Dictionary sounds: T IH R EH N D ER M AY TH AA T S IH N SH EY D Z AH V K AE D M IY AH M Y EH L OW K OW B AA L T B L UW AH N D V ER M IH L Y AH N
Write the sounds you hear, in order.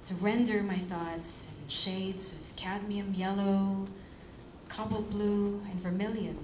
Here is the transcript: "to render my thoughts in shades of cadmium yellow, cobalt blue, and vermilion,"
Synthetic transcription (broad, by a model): T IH R EH N D ER M AY TH AA T S IH N SH EY D Z AH V K AE D M IY AH M Y EH L OW K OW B L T B L UW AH N V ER M IH L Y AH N